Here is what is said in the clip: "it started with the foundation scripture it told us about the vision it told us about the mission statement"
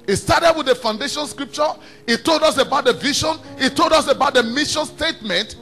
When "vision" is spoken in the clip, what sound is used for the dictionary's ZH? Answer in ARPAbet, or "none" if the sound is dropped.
SH